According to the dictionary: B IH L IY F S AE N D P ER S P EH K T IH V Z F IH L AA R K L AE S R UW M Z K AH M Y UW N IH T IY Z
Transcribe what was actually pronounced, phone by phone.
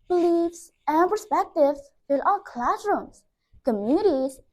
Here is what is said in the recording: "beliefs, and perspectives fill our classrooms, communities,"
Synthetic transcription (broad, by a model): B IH L IY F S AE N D P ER S P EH K T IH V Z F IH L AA L K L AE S R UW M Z K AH M Y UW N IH T IY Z